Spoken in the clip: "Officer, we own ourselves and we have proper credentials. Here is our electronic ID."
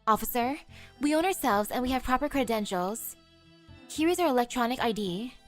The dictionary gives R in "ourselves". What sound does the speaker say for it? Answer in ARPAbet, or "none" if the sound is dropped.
R